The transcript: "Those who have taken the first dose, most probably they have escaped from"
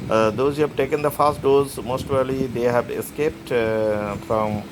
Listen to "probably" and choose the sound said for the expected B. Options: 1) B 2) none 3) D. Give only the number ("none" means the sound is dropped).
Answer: 2